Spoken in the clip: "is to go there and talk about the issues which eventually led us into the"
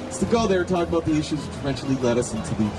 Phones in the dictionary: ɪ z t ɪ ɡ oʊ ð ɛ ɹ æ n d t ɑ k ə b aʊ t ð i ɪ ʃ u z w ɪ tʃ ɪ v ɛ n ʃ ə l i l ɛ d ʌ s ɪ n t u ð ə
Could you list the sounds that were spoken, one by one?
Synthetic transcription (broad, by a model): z t ɪ ɡ oʊ ð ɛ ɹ t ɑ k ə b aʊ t ð i ɪ ʃ u z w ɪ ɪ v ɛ n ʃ l i l ɛ d ʌ s ɪ n t u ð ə